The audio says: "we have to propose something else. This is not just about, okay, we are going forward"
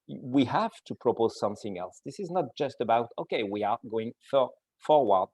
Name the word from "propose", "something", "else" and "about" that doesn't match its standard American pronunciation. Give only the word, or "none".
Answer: none